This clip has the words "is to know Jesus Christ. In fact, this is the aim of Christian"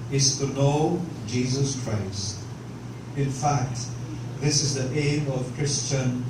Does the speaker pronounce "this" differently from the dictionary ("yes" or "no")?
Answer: no